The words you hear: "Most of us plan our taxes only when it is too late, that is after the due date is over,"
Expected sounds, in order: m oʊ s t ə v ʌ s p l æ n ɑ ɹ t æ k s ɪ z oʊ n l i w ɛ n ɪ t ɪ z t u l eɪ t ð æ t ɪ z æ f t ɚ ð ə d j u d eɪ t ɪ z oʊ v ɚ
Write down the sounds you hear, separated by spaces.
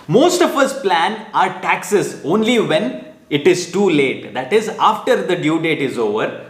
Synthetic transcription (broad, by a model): m oʊ s t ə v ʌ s p l æ n ɑ ɹ t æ k s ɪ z oʊ n l i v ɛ n ɪ t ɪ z t u l eɪ t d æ t ɪ z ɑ f t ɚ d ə d j u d eɪ t ɪ z oʊ v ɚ